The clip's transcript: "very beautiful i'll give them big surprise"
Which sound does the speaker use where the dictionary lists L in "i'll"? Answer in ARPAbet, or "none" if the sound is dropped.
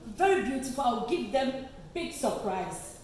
W